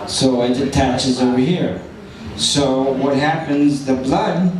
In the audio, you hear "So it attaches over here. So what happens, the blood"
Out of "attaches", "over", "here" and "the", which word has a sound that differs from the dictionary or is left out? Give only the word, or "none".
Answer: none